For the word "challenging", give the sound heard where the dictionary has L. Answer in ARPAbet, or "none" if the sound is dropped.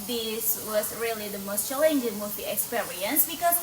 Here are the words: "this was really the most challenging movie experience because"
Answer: none